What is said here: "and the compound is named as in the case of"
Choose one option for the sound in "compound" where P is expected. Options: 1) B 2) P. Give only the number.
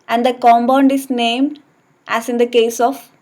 1